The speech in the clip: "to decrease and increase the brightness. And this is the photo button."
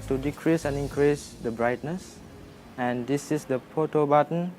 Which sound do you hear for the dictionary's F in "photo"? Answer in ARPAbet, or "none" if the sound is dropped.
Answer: P